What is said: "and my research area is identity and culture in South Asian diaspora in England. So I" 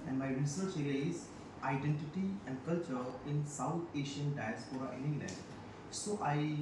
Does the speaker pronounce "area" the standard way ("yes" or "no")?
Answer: no